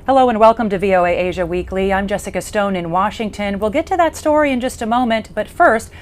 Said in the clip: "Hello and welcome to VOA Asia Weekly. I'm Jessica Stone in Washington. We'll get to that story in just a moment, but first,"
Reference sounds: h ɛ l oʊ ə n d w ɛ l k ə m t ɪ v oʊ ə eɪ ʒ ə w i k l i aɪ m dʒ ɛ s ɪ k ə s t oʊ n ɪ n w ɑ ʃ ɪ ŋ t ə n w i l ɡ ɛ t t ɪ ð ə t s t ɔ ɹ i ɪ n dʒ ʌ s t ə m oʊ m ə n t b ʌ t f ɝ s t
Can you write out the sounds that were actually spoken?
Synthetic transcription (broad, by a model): h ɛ l oʊ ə n w ɛ l k ə m t ɪ v oʊ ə eɪ ʒ ə w i k l i aɪ m dʒ ɛ s ɪ k ə s t oʊ n ɪ n w ɑ ʃ ɪ ŋ t ə n w i l ɡ ɛ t t ɪ ð ə t s t ɔ ɹ i ɪ n dʒ ʌ s t ə m oʊ m ə n t b ʌ t f ɝ s t